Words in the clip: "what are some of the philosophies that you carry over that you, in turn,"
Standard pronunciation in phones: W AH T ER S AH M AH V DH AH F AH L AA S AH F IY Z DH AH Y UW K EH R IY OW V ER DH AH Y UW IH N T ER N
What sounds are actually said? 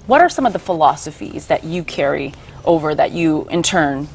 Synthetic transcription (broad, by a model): W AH T ER S AH M AH V DH AH F AH L AA S AH F IY Z DH AH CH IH K EH R IY OW V ER DH AH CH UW IH N T ER N